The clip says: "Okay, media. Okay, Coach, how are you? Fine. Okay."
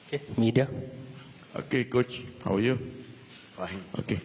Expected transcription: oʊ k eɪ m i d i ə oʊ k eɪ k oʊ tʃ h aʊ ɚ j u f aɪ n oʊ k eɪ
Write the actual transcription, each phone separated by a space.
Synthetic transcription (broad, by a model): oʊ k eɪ m i d i ə oʊ k eɪ k oʊ tʃ h aʊ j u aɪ oʊ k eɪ